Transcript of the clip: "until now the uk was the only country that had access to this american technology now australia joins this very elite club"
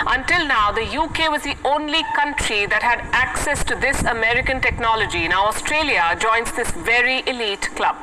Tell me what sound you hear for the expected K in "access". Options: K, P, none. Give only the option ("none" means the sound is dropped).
K